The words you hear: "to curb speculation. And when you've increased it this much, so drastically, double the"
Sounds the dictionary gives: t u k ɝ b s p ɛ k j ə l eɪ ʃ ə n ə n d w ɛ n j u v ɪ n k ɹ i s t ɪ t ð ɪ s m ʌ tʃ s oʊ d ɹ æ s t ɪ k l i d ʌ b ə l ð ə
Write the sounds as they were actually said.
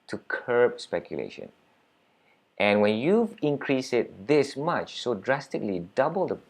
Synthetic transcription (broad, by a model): t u k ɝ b s p ɛ k j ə l eɪ ʃ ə n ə n w ɛ n j u v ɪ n k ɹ i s ɪ t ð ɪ s m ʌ tʃ s oʊ d ɹ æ s t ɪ k l i d ʌ b ə l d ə